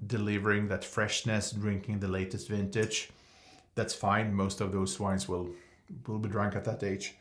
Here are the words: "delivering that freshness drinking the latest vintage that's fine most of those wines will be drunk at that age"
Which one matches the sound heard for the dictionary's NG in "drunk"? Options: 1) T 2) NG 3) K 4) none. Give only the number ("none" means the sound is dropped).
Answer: 2